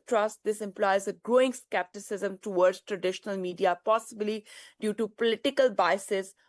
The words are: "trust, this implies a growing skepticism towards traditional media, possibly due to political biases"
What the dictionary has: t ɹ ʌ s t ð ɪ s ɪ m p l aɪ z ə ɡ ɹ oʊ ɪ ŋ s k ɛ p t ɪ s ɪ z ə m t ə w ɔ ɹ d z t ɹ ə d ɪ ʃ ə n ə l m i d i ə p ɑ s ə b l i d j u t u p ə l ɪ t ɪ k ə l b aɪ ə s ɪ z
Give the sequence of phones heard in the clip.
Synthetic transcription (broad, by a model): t ɹ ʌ s t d ɪ s ɪ m p l aɪ z ə ɡ ɹ oʊ ɪ ŋ s k ɛ p t ɪ s ɪ z ə m t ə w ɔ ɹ d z t ɹ ə d ɪ ʃ ə n ə l m i d i ə p ɑ s ə b l i d j u t u p ə l ɪ t ɪ k ə l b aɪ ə s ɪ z